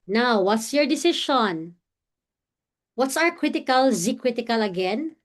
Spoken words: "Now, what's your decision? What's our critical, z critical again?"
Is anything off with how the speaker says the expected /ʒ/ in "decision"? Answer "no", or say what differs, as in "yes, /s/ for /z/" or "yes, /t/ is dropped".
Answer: yes, /ʃ/ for /ʒ/